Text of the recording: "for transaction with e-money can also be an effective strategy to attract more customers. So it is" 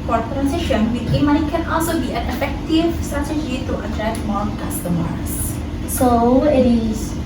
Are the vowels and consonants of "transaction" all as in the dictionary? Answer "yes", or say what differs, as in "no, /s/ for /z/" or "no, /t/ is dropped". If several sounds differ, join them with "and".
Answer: no, /k/ is dropped